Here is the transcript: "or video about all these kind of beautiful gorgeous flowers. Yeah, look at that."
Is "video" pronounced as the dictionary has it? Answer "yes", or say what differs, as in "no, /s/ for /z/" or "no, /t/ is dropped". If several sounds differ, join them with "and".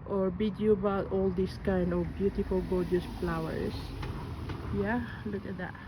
no, /b/ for /v/